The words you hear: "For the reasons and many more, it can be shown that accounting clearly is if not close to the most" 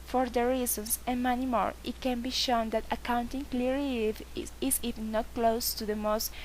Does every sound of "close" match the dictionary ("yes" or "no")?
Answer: yes